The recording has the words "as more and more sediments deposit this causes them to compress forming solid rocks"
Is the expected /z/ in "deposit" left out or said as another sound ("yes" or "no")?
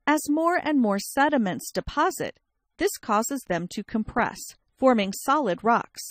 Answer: no